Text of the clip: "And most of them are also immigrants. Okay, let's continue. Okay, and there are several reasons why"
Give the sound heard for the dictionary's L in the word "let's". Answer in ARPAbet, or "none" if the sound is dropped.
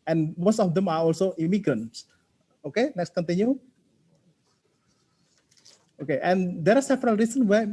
N